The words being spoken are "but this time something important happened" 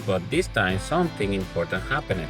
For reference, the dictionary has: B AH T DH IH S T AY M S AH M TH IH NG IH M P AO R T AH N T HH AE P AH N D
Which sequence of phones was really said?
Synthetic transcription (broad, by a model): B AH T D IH S T AY M S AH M T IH NG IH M P AO R T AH N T HH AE P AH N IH